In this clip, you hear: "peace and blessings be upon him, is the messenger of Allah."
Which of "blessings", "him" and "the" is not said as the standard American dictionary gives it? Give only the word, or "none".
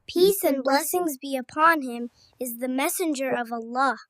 none